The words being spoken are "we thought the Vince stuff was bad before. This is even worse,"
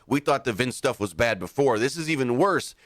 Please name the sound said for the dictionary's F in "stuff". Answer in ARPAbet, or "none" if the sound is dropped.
F